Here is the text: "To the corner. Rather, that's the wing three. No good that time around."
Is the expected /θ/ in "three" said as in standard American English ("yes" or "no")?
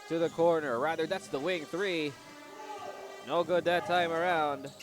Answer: yes